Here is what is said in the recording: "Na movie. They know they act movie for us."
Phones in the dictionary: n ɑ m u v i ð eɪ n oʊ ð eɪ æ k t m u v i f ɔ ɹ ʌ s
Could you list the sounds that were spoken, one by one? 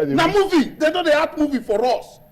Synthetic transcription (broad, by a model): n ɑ m u v i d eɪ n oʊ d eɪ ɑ t m u v i f ɔ ɹ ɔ s